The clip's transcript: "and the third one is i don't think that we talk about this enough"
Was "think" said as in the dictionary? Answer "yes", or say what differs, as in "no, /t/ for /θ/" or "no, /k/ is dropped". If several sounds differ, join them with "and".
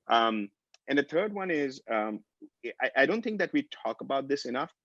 yes